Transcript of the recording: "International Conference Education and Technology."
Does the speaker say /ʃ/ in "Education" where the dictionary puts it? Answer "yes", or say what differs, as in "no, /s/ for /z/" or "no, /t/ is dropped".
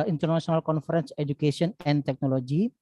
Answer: no, /s/ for /ʃ/